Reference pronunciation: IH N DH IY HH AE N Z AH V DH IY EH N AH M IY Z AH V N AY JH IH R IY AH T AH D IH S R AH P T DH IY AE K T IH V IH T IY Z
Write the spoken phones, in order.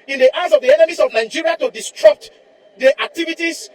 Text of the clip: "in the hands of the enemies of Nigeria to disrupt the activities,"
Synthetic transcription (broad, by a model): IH N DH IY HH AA Z AH V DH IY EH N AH M IY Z AH V N AY JH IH R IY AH T AH D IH S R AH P T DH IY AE K T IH V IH T IY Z